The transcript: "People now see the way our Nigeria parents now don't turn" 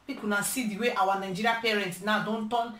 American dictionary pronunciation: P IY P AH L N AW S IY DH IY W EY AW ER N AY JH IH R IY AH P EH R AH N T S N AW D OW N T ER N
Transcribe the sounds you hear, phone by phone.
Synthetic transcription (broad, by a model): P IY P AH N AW S IY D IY W EY AW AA N AY JH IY R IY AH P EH R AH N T N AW D OW N T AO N